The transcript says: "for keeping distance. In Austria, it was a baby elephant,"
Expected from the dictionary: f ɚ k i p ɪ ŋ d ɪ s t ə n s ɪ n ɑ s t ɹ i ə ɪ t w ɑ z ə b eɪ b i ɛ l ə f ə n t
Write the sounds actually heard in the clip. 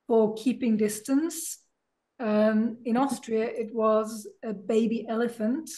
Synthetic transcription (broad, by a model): f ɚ k i p ɪ ŋ d ɪ s t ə n s ɪ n ɑ s t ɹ i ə ɪ t w ɑ z ə b eɪ b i ɛ l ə f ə n t